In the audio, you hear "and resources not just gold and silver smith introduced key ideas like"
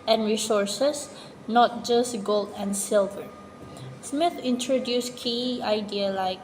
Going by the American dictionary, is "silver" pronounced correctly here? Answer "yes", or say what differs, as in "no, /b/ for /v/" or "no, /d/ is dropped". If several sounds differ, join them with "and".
yes